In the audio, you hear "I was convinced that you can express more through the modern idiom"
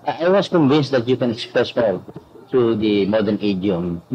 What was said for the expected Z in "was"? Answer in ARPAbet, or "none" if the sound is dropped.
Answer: S